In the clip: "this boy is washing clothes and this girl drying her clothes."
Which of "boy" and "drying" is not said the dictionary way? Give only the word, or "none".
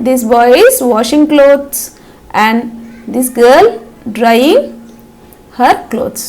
none